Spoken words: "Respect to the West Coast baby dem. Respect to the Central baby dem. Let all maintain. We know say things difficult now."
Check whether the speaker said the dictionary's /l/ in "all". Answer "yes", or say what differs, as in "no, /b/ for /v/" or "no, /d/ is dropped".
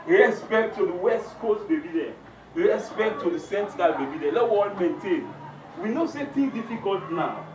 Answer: no, /n/ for /l/